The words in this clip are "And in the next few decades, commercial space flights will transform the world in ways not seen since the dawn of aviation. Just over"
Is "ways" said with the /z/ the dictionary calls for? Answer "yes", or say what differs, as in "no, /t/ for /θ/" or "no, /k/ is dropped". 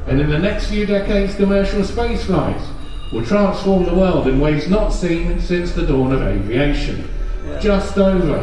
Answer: yes